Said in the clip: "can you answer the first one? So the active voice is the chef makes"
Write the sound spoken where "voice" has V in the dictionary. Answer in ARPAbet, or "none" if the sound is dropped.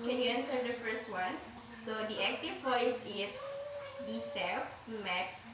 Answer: P